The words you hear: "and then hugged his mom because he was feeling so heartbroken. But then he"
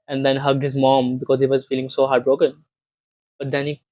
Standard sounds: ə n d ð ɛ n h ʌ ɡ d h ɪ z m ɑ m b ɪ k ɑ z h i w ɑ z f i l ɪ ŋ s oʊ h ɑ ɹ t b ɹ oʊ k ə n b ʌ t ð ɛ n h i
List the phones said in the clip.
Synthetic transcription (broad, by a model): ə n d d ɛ n h ʌ ɡ d h ɪ z m ɑ m b ɪ k ɑ z h i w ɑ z f i l ɪ ŋ s oʊ h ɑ ɹ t b ɹ oʊ k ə n b ʌ t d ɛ n h i